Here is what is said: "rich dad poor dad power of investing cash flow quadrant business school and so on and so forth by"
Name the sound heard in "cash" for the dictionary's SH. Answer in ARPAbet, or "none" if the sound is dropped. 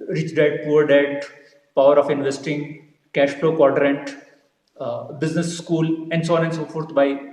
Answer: SH